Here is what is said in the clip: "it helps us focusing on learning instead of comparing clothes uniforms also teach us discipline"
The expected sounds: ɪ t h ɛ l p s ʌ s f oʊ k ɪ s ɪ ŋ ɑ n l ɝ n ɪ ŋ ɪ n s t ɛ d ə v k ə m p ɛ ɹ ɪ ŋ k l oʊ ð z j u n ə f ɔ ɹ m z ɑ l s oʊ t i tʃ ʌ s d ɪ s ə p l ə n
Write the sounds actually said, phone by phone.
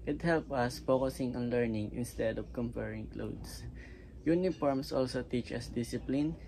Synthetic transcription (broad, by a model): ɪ t h ɛ l p ʌ s f oʊ k ɪ s ɪ ŋ ɑ n l ɝ n ɪ ŋ ɪ n s t ɛ d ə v k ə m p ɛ ɹ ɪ ŋ k l oʊ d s j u n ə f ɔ ɹ m s ɑ l s oʊ t i tʃ ʌ s d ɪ s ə p l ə n